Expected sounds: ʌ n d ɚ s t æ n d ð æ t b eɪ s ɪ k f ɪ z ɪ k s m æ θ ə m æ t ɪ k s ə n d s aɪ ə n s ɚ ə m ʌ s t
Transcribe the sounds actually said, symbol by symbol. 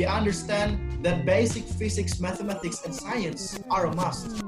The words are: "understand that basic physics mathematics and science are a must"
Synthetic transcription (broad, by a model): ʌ n d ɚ s t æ n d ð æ t b eɪ s ɪ k f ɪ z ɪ k s m æ θ ə m æ t ɪ k s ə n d s aɪ ə n s ɚ ə m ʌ s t